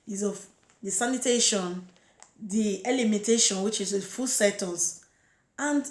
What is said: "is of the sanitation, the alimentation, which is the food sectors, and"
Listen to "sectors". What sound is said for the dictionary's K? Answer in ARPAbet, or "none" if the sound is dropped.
none